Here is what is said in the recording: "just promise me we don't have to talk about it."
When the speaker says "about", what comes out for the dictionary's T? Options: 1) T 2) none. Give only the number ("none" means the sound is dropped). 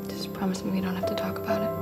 1